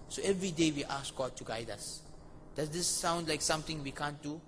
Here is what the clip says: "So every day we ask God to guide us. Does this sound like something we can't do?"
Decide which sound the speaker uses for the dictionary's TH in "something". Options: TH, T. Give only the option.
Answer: T